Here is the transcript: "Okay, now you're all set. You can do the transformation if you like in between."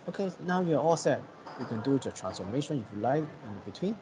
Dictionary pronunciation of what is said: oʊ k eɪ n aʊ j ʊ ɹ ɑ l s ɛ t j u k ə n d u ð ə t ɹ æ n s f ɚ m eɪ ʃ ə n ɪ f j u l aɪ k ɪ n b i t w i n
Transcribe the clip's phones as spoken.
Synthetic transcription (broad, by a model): oʊ k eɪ n aʊ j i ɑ ɑ l s ɛ t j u k ə n d u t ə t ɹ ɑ n s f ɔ m eɪ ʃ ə n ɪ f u l aɪ ɪ n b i t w i n